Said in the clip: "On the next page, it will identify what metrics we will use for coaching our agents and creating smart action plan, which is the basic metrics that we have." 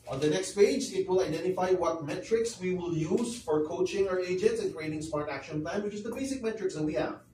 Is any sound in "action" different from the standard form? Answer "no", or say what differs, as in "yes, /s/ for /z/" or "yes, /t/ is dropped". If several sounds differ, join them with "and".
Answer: no